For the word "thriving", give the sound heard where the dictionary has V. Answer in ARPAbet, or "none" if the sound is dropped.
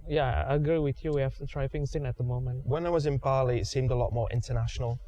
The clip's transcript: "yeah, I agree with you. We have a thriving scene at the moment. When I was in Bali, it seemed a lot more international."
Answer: F